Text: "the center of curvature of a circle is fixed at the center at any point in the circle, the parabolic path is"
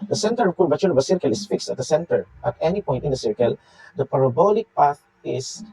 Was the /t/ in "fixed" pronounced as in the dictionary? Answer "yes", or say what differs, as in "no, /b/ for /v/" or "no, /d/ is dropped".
yes